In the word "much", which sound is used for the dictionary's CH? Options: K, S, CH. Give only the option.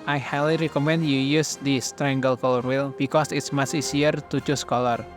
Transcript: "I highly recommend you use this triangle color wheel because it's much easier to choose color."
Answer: S